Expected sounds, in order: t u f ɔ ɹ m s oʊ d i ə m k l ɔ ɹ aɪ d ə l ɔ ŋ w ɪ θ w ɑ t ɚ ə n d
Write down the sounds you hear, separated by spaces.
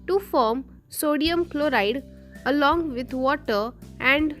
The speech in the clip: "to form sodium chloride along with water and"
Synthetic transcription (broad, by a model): t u f ɔ ɹ m s oʊ d i ə m k l ɔ ɹ aɪ d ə l ɔ ŋ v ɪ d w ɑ t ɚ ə n d